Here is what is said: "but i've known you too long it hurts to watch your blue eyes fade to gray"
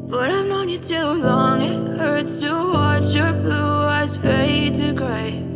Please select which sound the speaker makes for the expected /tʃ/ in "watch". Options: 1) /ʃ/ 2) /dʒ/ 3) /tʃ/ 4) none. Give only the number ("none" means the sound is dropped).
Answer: 3